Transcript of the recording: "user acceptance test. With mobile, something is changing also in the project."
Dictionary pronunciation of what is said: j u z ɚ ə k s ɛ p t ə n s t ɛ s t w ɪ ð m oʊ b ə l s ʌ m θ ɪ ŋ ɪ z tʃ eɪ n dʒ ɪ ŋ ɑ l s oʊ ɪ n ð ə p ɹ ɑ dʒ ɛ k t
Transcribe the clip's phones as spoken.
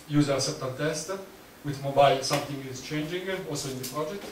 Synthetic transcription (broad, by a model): j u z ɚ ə s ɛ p t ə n t ɛ s t w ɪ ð m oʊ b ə l s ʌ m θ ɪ ŋ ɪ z tʃ eɪ n dʒ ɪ ŋ ɑ l s oʊ ɪ n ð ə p ɹ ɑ dʒ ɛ k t